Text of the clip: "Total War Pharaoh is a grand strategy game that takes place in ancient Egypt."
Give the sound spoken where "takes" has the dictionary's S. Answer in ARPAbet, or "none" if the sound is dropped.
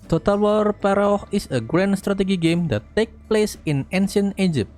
none